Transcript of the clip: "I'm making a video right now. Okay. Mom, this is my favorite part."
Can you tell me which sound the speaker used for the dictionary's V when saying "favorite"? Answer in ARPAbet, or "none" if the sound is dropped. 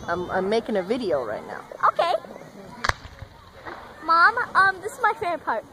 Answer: P